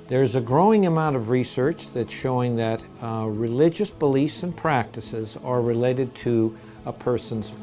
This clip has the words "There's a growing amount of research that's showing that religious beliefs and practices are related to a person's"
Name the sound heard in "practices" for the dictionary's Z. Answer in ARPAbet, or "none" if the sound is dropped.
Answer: Z